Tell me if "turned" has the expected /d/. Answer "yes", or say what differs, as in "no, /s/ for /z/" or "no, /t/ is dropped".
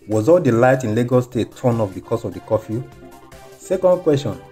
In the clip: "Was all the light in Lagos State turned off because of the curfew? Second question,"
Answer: no, /d/ is dropped